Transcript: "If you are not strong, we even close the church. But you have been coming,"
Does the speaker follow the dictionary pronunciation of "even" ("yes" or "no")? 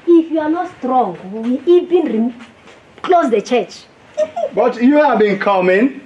no